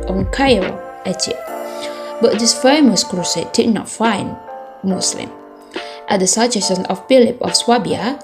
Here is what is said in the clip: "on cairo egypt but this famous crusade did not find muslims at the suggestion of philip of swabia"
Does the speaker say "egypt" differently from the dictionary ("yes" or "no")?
yes